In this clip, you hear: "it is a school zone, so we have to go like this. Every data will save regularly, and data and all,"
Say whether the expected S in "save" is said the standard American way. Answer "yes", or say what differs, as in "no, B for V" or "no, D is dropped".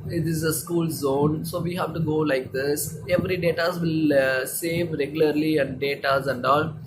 yes